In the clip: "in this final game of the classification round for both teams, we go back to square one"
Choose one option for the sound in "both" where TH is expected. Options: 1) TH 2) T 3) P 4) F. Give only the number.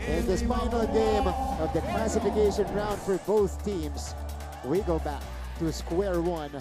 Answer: 1